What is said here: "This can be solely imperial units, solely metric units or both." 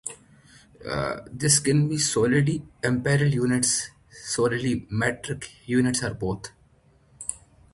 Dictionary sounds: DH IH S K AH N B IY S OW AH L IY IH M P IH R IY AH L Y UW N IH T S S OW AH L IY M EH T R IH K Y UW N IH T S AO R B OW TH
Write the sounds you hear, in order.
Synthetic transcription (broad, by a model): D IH S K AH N B IY S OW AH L IY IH M P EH R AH L Y UW N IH T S S OW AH L IY M EH T R IH K Y UW N IH T S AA R B OW T